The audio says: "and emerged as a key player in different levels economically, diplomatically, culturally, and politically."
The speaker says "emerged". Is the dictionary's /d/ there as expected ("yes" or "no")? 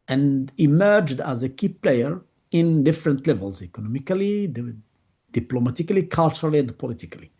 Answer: yes